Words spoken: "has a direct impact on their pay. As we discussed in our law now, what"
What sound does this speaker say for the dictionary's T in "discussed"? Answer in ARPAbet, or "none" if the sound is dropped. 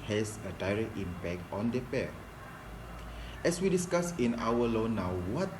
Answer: none